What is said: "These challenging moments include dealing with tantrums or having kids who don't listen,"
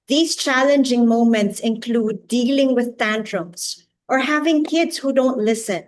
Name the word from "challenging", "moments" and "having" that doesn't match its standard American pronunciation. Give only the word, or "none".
none